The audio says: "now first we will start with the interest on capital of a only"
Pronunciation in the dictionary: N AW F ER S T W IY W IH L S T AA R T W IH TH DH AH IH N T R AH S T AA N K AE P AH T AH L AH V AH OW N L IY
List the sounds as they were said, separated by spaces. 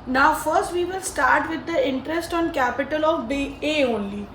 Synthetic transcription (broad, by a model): N AW F ER S T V IY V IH L S T AA R T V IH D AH IH N T R AH S T AA N K AE P AH T AH L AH B AH OW N L IY